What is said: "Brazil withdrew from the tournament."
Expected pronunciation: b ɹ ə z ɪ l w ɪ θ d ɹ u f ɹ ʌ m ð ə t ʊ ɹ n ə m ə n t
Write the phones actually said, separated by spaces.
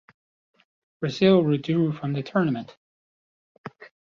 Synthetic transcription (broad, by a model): b ɹ ə z ɪ l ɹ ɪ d u f ɹ ʌ m ð ə t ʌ ɹ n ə m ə n t